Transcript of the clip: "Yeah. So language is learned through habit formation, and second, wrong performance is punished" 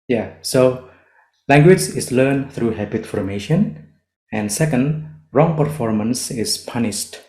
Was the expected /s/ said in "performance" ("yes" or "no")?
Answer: yes